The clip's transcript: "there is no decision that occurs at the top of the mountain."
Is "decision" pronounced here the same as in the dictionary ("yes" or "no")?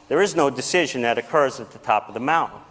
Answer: yes